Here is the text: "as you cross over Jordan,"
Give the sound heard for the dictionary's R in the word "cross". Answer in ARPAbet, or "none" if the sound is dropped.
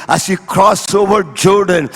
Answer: R